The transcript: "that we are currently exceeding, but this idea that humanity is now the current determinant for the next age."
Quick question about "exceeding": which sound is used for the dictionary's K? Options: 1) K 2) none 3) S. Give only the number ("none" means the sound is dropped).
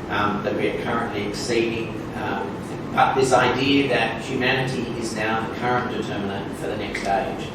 1